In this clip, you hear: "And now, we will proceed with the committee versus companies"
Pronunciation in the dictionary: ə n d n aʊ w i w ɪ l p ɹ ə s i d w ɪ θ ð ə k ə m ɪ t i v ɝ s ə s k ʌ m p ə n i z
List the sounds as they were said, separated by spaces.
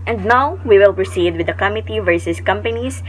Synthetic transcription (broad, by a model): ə n d n aʊ w i w ɪ l p ɹ ə s i d w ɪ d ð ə k ə m ɪ t i v ɝ s ə s k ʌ m p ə n i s